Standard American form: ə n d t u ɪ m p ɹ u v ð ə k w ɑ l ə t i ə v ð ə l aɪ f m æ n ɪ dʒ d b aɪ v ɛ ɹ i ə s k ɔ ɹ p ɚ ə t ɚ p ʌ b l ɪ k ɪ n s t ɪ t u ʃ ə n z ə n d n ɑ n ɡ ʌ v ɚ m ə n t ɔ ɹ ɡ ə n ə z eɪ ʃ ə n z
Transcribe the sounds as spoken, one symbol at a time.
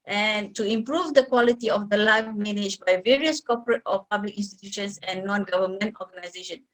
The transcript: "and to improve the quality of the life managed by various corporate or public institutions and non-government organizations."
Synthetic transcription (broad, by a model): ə n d t u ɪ m p ɹ u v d ə k w ɑ l ə t i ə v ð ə l aɪ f m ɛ n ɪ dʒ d b aɪ v ɛ ɹ i ə s k ɔ p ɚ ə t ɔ p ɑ b l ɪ k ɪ n s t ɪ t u ʃ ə n s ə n n ɑ n ɡ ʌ v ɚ m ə n t ɔ ɡ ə n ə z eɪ ʃ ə n